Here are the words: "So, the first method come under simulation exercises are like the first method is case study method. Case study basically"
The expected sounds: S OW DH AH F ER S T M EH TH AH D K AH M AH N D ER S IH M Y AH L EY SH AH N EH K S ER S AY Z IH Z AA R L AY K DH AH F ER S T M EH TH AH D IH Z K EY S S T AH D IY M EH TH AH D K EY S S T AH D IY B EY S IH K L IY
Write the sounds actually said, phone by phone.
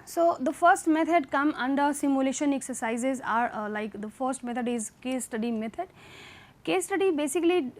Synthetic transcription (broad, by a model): S OW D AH F ER S T M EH T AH D K AH M AH N D ER S IH M Y AH L EY SH AH N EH K S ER S AY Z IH Z AA R L AY K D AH F ER S T M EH T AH D IH Z K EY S S T AH D IY M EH T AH D K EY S S T AH D IY B EY S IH K L IY